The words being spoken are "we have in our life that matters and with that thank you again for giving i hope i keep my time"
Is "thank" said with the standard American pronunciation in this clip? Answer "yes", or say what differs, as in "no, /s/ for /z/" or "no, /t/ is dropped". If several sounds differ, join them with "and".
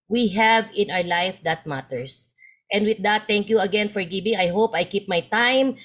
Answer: no, /t/ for /θ/